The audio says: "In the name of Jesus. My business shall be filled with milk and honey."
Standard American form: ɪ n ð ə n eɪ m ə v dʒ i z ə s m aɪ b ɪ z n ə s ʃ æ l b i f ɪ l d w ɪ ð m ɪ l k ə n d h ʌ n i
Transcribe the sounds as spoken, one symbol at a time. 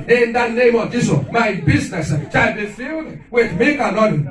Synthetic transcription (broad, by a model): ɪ n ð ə n eɪ m ə v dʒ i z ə m aɪ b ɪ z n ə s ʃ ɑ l b i f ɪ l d w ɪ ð m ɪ k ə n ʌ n